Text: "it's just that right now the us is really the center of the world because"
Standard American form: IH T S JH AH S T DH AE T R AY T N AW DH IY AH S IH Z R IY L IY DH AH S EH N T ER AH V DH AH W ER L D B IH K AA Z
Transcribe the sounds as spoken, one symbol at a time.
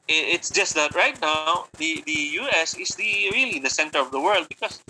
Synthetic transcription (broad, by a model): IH T S JH AH S T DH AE T R AY T N AW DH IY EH S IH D R IY L IY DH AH S EH N T ER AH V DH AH W ER L D B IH K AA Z